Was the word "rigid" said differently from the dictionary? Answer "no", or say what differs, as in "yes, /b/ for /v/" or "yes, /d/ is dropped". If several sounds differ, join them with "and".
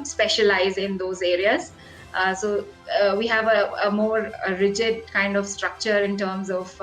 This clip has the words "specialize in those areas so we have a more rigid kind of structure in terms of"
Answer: no